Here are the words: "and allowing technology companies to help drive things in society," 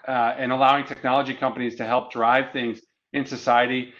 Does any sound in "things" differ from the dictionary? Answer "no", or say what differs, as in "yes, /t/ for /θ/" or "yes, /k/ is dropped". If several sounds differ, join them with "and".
no